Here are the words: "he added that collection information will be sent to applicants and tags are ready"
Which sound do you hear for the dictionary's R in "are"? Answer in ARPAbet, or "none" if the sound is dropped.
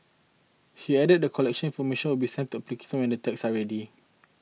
L